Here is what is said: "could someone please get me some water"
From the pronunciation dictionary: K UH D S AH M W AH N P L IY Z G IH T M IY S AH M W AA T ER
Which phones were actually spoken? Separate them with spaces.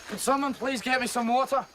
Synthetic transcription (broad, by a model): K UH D S AH M W AH N P L IY Z G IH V M IY S AH M W AA T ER